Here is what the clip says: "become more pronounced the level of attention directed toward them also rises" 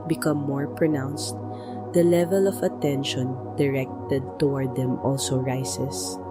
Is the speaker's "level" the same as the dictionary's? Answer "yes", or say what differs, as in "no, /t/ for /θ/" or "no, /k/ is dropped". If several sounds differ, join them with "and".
yes